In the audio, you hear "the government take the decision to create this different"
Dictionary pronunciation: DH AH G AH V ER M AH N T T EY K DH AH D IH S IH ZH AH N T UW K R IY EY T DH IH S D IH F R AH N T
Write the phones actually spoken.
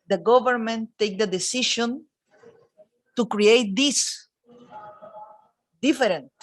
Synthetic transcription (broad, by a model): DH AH G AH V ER M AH N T T EY K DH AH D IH S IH SH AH N T UW K R IY EY T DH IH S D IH F R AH N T